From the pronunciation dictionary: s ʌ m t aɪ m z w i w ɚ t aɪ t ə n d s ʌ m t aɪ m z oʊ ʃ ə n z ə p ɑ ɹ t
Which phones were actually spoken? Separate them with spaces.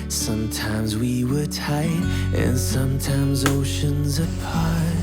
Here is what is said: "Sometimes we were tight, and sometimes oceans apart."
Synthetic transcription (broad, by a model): s ʌ m t aɪ m z w i w ɚ t aɪ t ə n s ʌ m t aɪ m z oʊ ʃ ə n z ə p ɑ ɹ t